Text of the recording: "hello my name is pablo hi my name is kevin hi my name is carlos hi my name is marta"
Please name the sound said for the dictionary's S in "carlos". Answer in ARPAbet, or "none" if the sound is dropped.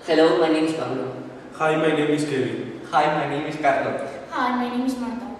none